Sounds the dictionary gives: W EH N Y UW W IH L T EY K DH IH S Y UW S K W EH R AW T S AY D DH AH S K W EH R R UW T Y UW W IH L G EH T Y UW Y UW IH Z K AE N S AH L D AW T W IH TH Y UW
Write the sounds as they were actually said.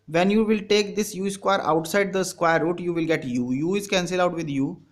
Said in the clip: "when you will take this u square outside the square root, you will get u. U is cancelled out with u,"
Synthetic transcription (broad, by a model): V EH N Y UW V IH L T EY K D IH S Y UW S K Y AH R AW T S AY D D AH S K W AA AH R UW T Y UW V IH L G EH T Y UW Y UW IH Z K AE N S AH L AW T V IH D Y UW